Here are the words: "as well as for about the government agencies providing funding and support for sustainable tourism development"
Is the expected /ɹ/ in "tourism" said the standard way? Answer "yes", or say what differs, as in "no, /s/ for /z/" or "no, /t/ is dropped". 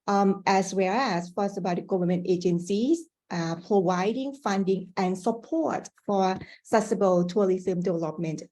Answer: no, /l/ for /ɹ/